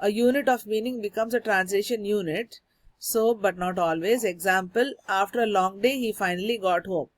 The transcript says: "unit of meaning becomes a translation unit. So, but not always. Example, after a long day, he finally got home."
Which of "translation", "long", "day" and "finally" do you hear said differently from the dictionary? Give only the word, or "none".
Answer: none